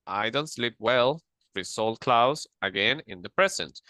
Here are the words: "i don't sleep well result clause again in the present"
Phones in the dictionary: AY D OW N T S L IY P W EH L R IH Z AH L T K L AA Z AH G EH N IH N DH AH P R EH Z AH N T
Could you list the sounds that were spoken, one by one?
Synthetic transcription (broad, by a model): AY D OW N T S L IY P W EH L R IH S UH L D K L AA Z AH G EH N IH N DH AH P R EH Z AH N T